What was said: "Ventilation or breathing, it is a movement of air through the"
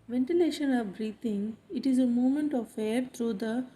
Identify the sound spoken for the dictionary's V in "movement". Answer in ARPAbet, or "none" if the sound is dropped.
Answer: none